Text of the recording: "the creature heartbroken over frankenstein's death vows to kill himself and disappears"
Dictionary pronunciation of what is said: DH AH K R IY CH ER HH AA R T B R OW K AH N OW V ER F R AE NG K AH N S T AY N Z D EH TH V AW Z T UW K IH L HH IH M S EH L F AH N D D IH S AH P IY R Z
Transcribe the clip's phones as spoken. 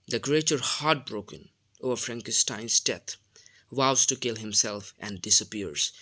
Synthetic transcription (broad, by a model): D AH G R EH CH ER HH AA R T B R OW K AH N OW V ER F R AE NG K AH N S T AY N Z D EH T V AW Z T UW K IH L HH IH M S EH L F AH N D D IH S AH P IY R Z